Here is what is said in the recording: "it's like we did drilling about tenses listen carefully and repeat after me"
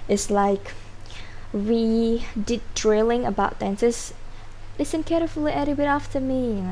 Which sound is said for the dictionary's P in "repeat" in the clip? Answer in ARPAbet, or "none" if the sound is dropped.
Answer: B